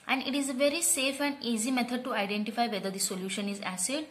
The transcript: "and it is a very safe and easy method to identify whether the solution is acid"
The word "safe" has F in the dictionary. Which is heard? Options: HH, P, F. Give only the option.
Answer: F